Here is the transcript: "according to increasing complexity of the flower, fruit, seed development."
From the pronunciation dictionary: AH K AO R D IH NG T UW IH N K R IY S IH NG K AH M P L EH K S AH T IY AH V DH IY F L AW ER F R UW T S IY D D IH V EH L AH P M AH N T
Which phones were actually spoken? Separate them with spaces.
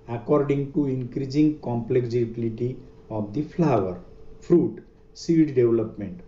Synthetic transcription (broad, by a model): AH K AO R D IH NG T UW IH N K R IY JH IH NG K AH M P L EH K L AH T IY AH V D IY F L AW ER P R UW T S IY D D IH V L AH P M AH N T